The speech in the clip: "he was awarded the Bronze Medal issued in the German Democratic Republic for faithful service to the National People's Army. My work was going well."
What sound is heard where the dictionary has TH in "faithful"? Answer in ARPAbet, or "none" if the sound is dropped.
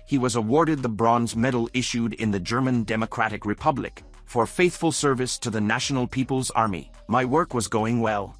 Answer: TH